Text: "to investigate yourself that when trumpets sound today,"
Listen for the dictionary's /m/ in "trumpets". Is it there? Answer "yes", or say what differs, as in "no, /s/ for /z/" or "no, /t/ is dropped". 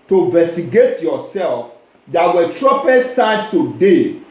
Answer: no, /m/ is dropped